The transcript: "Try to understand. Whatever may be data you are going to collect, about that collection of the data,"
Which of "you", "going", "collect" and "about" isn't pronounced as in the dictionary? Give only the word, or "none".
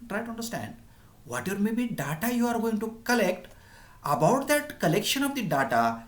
none